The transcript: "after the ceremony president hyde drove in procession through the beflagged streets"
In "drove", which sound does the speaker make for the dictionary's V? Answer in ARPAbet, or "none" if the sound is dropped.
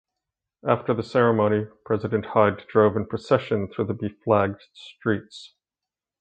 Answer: V